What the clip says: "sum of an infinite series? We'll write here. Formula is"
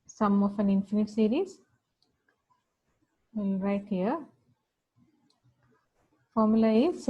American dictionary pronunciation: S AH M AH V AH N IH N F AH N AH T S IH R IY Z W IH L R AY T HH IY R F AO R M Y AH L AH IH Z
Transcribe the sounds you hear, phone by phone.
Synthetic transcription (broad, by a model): S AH M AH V AH N IH N F AH N AH T S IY R IY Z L R AY T HH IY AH F AO R M Y AH L AH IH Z